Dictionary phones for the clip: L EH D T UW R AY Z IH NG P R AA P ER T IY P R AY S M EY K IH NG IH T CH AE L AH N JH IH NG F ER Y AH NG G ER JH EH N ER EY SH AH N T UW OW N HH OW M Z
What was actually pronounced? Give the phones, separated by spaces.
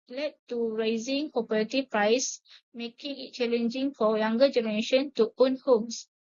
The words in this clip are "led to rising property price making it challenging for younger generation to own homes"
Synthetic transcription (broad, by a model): L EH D T UW R AY Z IH NG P AA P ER T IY P R AY S M EY K IH NG IH T CH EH L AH N JH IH NG F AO Y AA NG G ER JH EH N ER EY SH AH N T UW OW N HH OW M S